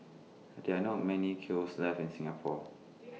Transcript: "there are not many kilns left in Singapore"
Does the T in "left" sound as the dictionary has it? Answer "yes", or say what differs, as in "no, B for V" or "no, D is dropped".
no, T is dropped